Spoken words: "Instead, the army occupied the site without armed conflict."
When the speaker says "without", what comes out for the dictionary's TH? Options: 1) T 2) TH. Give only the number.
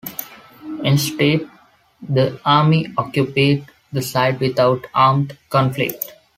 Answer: 1